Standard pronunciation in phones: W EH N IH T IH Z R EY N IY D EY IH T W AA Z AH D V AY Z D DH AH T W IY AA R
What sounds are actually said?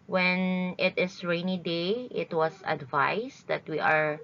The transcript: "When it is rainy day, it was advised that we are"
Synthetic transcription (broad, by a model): W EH N IH T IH S R EY N IY D EY IH T W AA S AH D V AY S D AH T W IY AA R